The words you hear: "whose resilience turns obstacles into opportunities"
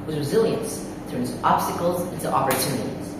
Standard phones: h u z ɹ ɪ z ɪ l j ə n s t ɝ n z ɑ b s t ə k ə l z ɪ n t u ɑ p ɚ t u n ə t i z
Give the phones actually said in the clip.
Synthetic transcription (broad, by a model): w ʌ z ɹ ɪ z ɪ l j ə n s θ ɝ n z ɑ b s t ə k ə l z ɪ n t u ɑ p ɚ t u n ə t i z